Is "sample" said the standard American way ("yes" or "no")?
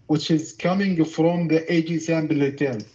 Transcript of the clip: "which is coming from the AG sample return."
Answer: no